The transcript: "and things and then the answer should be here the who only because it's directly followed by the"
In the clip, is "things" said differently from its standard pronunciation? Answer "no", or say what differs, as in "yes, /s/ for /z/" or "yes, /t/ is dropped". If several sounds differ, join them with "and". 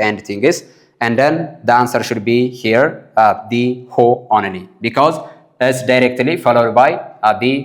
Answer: yes, /t/ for /θ/